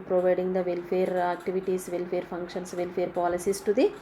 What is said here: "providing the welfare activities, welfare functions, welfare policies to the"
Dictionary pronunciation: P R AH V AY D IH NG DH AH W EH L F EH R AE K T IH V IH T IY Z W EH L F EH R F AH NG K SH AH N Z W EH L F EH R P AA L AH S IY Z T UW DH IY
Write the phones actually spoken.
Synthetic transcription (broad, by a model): P R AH V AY D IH NG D AH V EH L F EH R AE K T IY V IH T IY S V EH L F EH R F AH NG K SH AH N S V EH L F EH R P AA L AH S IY S T UW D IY